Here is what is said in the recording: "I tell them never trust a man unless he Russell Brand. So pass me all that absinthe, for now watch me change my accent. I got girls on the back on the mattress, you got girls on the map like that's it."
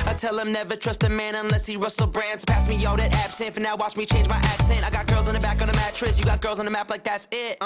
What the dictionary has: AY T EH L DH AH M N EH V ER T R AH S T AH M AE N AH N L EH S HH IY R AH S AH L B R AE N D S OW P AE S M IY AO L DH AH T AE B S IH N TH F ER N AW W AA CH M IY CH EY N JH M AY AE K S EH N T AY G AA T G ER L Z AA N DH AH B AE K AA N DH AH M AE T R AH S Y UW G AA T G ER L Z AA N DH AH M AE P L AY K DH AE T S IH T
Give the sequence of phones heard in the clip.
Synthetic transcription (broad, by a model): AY T EH L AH M N EH V ER T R AH S T AH M AE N AH N L EH S HH IY R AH S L B R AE N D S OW P AE S M IY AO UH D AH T AE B S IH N T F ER N AW W AA CH M IY CH EY N JH M AY AE K S EH N T AY G AA T G ER L Z N DH AH B AE K N DH AH M AE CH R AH S Y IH G AA T G ER L Z N DH AH M AE P L AY K DH AE T S IH T